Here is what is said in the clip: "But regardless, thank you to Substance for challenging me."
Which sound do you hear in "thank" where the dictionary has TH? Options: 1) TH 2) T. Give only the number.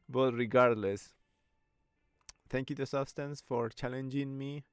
2